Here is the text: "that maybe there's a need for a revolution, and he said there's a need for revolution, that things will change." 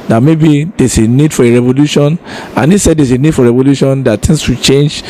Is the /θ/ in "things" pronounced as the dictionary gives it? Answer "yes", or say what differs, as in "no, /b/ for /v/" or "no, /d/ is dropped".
no, /t/ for /θ/